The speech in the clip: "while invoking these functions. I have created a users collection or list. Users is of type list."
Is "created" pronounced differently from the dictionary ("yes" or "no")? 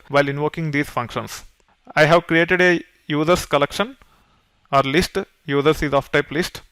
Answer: no